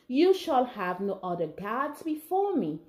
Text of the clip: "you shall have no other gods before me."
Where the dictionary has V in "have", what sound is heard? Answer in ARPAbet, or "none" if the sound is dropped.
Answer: V